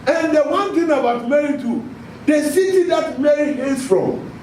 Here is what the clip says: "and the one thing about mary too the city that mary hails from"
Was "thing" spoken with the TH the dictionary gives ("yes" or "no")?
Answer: no